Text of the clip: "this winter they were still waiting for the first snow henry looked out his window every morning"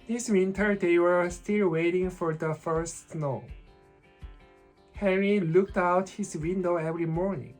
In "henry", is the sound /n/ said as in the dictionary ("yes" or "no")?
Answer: no